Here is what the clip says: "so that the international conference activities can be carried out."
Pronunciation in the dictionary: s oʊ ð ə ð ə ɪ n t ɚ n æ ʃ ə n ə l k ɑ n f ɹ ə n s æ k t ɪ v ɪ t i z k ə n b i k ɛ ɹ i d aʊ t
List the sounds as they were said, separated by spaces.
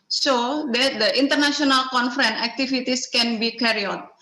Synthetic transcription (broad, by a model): s oʊ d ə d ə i n t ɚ n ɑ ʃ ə n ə l k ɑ n f ɹ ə n æ k t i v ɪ t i s k ə n b i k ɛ ɹ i ɔ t